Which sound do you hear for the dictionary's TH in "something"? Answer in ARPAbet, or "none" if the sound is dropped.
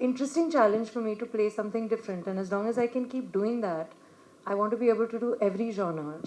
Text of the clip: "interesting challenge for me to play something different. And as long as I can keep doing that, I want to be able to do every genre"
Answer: T